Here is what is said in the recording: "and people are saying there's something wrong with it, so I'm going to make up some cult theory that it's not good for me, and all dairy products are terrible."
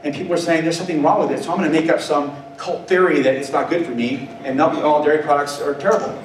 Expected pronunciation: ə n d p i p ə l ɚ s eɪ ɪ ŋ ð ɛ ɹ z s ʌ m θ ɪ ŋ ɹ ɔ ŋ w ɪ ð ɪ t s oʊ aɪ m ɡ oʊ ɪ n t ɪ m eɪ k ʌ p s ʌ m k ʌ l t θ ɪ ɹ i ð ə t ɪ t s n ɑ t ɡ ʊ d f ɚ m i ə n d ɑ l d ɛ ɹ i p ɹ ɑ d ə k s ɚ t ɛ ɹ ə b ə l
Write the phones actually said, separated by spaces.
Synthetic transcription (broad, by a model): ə n p i p l ɚ s eɪ ɪ ŋ ð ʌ ɹ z s ʌ m θ ɪ ŋ ɹ ɔ ŋ w ɪ ð ɪ t s oʊ aɪ m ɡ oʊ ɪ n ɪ m eɪ k ʌ p s ʌ m k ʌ l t θ ɪ ɹ i ð ə t ɪ t s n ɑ t ɡ ʊ d f ɚ m i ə n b ɑ l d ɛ ɹ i p ɹ ɑ d ə k s ɚ t ɛ ɹ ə b l